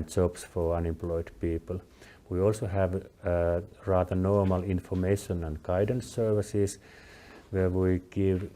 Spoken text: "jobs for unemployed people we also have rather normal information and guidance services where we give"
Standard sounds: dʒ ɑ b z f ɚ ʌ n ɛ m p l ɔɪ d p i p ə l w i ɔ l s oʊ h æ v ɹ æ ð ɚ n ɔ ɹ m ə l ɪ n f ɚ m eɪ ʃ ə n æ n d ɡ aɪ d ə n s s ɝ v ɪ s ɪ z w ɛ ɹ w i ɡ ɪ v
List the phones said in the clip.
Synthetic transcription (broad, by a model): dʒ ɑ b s f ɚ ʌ n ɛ m p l ɔɪ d p i p ə l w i ɔ l s oʊ h æ v ɹ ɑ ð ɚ n ɔ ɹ m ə l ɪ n f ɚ m eɪ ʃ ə n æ n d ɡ aɪ d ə n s s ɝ v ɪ s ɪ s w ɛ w i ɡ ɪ v